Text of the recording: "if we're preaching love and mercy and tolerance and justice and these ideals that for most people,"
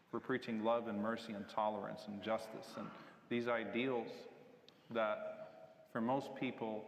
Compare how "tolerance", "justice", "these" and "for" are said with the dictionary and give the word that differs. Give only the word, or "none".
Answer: none